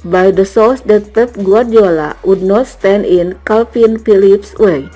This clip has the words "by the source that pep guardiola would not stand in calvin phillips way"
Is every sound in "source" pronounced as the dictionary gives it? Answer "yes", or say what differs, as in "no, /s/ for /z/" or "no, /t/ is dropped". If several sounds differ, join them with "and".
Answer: no, /l/ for /ɹ/